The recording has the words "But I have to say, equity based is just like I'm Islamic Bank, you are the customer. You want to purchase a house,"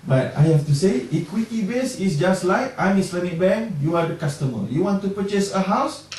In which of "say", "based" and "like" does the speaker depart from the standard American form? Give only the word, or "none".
based